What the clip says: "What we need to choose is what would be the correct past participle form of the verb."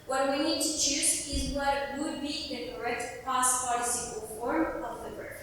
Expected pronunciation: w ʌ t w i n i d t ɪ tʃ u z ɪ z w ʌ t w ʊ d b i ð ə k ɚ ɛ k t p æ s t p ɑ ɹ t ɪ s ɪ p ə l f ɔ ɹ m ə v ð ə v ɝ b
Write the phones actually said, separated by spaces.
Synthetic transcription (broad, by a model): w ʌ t w i n i d t ɪ tʃ u z ɪ z w ʌ t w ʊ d b i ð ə k ɚ ɛ k t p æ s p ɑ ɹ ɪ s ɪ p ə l f ɔ ɹ m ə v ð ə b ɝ